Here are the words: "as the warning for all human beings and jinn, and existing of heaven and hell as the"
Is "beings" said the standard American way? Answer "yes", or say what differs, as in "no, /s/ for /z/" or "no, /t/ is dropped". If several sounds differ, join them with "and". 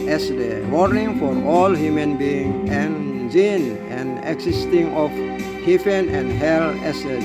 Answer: no, /z/ is dropped